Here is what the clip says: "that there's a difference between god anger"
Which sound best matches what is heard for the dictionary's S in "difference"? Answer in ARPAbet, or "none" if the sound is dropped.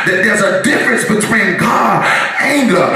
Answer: S